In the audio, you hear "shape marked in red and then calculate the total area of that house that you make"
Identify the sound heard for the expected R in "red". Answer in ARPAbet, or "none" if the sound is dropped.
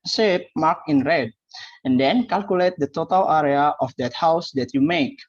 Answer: R